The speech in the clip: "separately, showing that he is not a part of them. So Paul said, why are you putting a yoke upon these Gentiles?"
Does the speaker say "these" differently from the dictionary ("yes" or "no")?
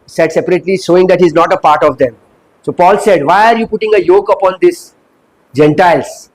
yes